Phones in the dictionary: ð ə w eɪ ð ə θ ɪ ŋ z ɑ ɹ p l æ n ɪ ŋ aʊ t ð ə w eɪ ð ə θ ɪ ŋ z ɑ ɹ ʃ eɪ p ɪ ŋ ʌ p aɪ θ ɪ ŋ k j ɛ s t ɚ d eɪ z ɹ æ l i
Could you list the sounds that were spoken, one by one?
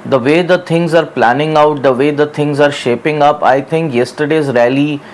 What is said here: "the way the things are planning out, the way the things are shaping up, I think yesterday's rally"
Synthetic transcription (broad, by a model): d ə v eɪ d ə t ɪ ŋ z ɑ ɹ p l æ n ɪ ŋ aʊ t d ə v eɪ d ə t ɪ ŋ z ɑ ɹ ʃ eɪ p ɪ ŋ ʌ p aɪ t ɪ ŋ k j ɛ s t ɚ d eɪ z ɹ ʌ l i